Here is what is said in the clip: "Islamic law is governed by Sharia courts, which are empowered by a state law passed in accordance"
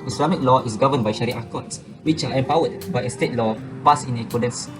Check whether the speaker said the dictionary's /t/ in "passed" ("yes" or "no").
no